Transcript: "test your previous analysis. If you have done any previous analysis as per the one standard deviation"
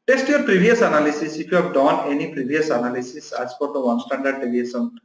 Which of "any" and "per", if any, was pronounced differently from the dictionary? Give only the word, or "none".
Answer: per